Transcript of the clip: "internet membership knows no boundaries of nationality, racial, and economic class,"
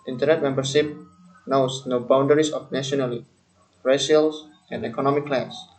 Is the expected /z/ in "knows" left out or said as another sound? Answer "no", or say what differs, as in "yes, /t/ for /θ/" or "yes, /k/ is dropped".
yes, /s/ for /z/